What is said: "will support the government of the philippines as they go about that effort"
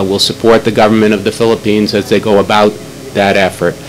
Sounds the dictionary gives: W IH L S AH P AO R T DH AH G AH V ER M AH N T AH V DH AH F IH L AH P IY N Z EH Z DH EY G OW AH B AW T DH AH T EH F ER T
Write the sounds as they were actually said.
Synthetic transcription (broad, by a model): W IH L S AH P AO R T DH AH G AH V ER M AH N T AH V DH AH F IH L AH P IY N Z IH Z DH EY G OW AH B AW T DH AH T EH F ER T